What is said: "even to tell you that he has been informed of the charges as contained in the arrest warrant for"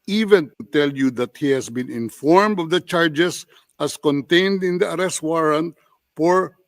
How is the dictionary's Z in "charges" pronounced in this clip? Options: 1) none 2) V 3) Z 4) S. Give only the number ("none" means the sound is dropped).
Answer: 4